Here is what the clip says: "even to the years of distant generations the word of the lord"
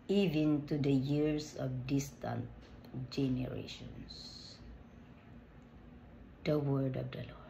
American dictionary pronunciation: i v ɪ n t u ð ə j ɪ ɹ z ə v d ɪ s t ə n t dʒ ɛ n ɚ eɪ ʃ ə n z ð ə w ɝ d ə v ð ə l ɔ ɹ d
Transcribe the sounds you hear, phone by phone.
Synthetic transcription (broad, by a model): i v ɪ n t u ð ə j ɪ ɹ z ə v d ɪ s t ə n t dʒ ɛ n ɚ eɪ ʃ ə n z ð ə w ɝ d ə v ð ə l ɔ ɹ